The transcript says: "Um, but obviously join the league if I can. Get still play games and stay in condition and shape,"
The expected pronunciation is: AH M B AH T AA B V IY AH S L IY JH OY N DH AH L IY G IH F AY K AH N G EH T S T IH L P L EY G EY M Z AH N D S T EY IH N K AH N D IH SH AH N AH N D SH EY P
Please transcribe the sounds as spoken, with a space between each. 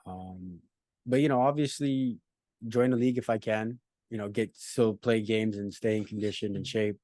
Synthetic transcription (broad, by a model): AH M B AH T AA B V IY AH S L IY JH OY N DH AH L IY G IH F AY K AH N G EH T S T IH L P L EY G EY M Z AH N S T EY IH N K N D IH SH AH N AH N SH EY P